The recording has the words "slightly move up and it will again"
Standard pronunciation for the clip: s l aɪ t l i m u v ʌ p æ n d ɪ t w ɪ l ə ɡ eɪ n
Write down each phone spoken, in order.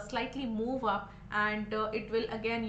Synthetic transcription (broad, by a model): s l aɪ t l i m u v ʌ p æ n d ɪ t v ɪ l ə ɡ eɪ n